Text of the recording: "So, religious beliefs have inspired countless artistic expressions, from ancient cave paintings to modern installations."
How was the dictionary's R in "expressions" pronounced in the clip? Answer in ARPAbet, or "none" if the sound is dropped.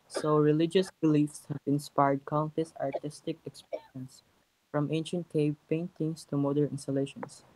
none